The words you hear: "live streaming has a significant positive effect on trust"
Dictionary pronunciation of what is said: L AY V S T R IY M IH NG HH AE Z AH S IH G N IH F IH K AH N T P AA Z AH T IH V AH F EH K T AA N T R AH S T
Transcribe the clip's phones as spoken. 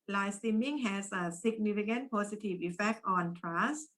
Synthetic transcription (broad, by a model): L AY S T IY M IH NG HH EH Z AH S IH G N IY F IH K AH N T P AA S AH T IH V AH F EH K T AA N T R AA S